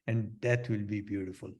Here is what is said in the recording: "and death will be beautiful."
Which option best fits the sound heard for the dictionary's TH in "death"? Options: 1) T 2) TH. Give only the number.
1